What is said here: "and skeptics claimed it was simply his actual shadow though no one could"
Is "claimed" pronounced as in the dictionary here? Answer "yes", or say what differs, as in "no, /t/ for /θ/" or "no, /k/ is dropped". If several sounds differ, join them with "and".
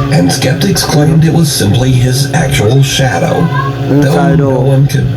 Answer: yes